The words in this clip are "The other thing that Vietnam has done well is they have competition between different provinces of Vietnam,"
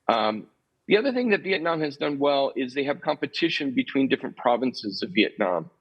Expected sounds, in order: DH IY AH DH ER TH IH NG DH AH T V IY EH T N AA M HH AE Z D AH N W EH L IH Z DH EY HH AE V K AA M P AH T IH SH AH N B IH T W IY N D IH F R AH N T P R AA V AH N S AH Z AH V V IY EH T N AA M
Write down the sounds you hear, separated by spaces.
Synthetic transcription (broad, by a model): DH IY AH DH ER TH IH NG DH AH T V IY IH T N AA M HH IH Z D AH N W EH L IH Z DH EY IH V K AA M P AH T IH SH AH N B IH T W IY N D IH F R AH N P R AA V AH N S AH Z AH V V IY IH T N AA M